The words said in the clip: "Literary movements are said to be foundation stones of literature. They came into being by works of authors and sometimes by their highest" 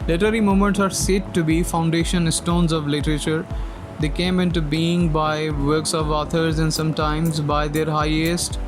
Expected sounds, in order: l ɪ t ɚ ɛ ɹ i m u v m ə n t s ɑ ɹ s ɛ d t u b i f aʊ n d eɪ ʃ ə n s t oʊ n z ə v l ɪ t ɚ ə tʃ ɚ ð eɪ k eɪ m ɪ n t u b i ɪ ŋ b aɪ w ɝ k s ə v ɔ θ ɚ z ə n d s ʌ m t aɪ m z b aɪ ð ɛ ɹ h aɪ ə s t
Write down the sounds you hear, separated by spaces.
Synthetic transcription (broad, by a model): l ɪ t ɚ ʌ ɹ i m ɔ m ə n t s ɑ ɹ s ɛ d t u b i f aʊ n d eɪ ʃ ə n s t oʊ n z ə v l ɪ t ɚ ə tʃ ɚ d eɪ k eɪ m ɪ n t u b i ɪ ŋ b aɪ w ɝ k s ə v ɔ t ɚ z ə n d s ʌ m t aɪ m z b aɪ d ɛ ɹ h aɪ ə s t